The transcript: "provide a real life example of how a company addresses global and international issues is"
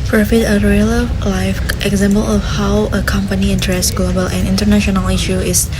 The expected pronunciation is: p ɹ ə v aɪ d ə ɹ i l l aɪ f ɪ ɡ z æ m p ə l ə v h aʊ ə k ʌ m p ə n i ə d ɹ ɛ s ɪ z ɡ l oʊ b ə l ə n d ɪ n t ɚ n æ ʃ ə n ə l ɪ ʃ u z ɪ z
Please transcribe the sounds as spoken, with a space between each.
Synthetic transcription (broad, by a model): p ɹ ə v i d ə ɹ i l l aɪ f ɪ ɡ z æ m p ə l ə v h aʊ ə k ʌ m p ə n i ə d ɹ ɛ s ɡ l oʊ b ə l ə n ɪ n t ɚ n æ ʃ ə n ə l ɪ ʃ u ɪ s